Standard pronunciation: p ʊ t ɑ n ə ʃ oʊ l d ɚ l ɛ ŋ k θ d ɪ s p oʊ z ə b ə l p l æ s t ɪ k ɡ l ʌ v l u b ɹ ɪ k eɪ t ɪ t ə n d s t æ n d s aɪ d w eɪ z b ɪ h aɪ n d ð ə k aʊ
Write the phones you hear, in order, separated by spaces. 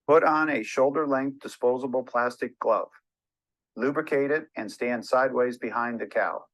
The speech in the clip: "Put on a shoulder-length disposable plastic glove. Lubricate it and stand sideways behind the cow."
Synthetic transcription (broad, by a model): p ʊ t n ə ʃ oʊ l d ɚ l ɛ ŋ k θ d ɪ s p oʊ z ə b l p l æ s t ɪ k ɡ l ʌ v l u b ɹ ɪ k eɪ t ɪ t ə n s t æ n d s aɪ d w eɪ z b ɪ h aɪ n ð ə k aʊ